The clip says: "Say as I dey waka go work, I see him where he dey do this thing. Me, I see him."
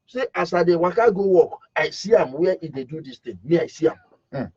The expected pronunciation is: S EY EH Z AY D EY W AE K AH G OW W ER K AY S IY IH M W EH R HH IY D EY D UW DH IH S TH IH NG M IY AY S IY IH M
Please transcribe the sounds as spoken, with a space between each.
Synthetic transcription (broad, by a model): S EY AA S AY D EY W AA K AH G OW W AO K AY S IY IH M W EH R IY D EY D UW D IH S T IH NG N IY AY S IY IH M